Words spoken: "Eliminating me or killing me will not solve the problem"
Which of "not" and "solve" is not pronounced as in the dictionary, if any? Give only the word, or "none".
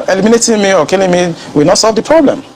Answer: none